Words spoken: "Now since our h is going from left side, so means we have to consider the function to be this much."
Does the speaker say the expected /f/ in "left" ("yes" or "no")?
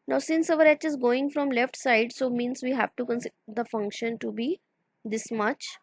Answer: yes